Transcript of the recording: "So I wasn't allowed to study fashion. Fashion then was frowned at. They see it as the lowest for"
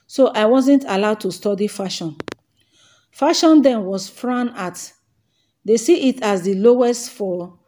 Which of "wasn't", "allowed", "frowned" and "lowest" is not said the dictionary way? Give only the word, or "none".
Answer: frowned